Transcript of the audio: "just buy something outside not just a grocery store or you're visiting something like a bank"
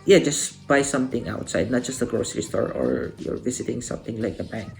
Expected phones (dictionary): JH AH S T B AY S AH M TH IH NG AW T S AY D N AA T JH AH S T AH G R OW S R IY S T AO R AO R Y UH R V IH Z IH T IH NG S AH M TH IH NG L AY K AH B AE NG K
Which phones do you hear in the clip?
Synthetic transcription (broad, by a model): JH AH S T B AY S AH M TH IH NG AW T S AY D N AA T JH AH S T AH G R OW S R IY S T AO R AO R Y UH R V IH S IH T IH NG S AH M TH IH NG L AY K AH B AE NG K